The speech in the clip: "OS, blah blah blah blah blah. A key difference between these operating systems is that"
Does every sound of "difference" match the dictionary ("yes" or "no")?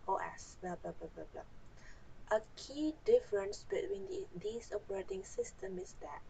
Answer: yes